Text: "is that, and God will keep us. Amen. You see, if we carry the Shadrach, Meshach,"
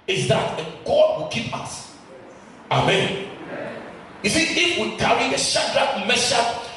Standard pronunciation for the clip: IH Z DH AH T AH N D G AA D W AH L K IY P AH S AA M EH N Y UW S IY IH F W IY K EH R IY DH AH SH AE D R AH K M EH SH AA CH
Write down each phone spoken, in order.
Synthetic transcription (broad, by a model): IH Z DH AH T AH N G AA D W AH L K IY P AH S AA M EH N Y UW S IY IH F W IY K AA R IY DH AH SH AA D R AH M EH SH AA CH